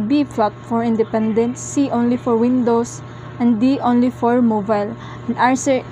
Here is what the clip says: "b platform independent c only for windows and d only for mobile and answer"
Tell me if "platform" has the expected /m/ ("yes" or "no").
no